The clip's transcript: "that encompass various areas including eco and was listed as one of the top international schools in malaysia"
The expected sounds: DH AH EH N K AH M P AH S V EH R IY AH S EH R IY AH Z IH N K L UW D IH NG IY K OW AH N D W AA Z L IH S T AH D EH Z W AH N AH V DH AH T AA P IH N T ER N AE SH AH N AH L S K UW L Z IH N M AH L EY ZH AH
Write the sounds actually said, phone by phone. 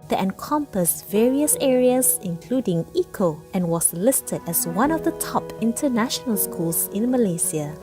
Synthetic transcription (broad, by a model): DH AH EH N K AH M P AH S V EH R IY AH S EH R IY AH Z IH N K L UW D IH NG IY K OW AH N W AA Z L IH S T AH D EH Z W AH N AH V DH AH T AA P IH N T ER N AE SH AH N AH L S K UW L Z IH N M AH L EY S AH